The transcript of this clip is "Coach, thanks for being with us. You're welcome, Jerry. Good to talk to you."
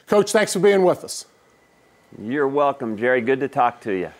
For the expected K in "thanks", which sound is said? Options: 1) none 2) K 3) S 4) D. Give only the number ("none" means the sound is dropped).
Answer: 2